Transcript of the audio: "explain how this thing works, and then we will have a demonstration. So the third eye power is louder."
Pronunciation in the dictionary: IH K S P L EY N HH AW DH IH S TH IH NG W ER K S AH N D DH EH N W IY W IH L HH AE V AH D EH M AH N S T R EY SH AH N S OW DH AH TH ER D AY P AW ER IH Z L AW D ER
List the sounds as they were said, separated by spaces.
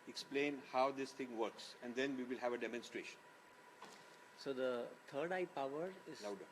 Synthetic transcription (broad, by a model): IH K S P L EY N HH AW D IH S T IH NG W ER K S AH N D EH N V IY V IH L HH AE V AH D EH M AH N S T R EY SH AH N S OW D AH T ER D AY P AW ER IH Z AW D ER